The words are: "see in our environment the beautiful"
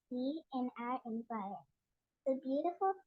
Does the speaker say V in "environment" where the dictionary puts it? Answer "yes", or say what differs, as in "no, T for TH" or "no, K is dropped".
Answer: no, P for V